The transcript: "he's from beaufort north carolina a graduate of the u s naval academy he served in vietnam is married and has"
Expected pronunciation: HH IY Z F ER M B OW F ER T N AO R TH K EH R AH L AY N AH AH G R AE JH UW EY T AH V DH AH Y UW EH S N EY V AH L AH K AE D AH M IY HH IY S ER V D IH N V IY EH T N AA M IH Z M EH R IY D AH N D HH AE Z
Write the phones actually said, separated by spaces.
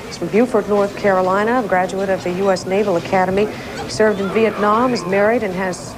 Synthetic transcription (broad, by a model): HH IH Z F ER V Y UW F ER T N AO R TH K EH R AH L AY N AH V G R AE JH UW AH T AH V DH AH Y UW EH S N EY V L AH K AE D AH M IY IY S ER V D IH N V IY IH T N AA M IH Z M EH R IY D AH N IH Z